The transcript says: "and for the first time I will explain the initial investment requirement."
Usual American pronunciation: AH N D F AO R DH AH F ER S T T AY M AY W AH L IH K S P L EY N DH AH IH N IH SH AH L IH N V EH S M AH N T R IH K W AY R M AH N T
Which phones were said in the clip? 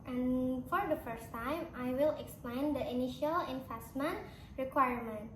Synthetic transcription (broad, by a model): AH N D F AO R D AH F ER S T T AY M AY W AH L IH K S P L EY N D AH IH N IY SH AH L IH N F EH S M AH N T R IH K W AY R M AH N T